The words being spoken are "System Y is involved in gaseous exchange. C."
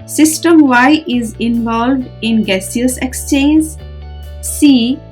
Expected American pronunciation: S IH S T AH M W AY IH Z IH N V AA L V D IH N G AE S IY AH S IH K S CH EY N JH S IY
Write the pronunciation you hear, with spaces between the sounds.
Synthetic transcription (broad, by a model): S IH S T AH M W AY IH Z IH N V AA L V D IH N G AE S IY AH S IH K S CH EY N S S IY